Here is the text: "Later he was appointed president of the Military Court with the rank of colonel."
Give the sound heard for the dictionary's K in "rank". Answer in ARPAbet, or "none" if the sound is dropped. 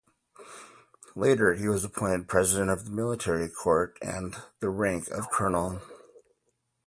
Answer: K